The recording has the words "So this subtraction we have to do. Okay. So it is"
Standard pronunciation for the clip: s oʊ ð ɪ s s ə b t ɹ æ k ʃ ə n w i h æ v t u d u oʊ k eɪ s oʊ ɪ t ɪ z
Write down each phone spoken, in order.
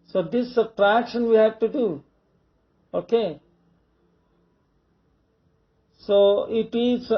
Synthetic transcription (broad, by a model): s oʊ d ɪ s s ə t ɹ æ k ʃ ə n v i h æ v t u d u oʊ k eɪ s oʊ ɪ t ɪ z